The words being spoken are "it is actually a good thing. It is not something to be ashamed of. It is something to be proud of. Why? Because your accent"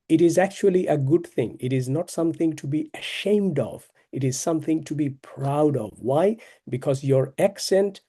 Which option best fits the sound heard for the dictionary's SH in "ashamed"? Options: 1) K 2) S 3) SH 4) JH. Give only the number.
3